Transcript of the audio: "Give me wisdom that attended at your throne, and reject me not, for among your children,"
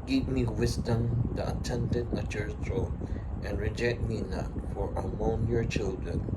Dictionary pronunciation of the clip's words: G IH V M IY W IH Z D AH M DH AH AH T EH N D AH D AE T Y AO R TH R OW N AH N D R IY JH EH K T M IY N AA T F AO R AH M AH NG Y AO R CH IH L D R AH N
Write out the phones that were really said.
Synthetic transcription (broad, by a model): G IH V M IY W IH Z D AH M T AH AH T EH N D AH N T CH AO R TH R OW AH N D R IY JH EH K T M IY N AA T F AO R AH M AH NG Y AO R CH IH L D R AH N